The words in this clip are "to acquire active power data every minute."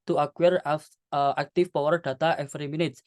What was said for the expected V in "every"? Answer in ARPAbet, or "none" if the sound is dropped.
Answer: F